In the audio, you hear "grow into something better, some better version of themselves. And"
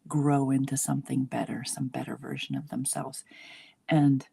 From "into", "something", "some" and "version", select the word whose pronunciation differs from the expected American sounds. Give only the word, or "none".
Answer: none